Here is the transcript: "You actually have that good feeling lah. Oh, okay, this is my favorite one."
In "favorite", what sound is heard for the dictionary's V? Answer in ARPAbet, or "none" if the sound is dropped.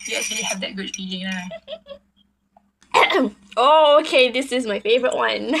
V